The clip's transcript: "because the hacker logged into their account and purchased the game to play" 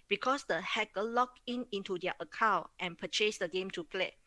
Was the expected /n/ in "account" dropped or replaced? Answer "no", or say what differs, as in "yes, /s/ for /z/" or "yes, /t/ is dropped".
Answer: yes, /n/ is dropped